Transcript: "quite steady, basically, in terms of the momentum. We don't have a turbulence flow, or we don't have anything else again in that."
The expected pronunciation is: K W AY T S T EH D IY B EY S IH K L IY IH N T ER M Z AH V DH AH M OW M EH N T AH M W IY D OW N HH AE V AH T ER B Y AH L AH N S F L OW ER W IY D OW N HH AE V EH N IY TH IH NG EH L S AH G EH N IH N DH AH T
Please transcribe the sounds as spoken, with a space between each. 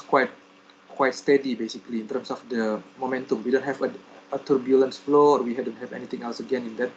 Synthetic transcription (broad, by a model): K W AY T S T EH D IY B EY S IH K L IY IH N T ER M S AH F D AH M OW M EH N T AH M W IY D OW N HH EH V AH T ER B Y AH L AH N S F L OW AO W IY D OW N HH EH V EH N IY T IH NG EH L S AH G EH N IH N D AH T